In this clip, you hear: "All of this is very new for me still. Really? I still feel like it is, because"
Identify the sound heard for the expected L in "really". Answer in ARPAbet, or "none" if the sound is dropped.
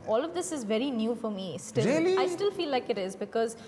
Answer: none